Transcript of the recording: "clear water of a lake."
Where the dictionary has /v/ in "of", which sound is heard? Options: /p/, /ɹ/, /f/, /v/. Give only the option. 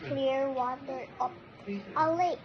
/p/